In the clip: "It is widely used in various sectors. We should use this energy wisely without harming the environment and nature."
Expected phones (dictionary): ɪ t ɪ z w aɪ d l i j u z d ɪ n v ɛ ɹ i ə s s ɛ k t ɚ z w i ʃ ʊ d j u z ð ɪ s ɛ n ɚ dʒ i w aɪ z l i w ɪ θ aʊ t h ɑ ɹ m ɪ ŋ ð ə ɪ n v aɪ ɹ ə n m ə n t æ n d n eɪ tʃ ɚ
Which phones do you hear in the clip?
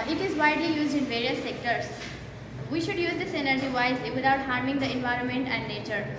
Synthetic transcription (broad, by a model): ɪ t ɪ z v aɪ d l i j u z d ɪ n v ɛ ɹ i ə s s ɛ k t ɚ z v i ʃ ʊ d j u z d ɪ s ɛ n ɚ dʒ i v aɪ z l i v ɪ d aʊ t h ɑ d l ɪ ŋ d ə ɪ n v aɪ ɹ ə n m ə n t æ n d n eɪ tʃ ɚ